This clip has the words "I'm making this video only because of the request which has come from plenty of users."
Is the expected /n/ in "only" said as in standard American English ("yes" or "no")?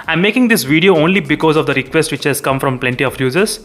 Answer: yes